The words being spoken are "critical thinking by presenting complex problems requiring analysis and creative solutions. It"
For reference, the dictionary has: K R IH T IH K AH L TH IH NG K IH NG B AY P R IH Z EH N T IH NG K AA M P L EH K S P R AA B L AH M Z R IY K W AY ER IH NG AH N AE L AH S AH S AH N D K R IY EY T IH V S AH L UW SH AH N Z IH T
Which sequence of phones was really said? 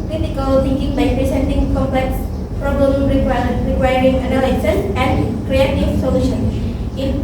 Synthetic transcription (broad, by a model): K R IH T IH K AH L T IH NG K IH NG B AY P R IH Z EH N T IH NG K AA M P L EH K S P R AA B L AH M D R IY K W AY ER IH NG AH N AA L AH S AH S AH N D K R IY EY T IH V S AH L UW SH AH N IH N